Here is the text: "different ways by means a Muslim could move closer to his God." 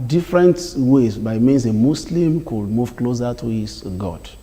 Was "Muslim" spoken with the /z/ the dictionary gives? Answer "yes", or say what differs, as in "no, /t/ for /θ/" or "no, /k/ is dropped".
no, /s/ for /z/